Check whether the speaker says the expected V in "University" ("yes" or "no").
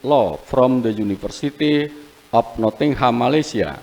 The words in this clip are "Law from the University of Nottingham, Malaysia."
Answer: no